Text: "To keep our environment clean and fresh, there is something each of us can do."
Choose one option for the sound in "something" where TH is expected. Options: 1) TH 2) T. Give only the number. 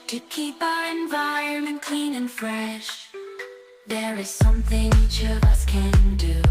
1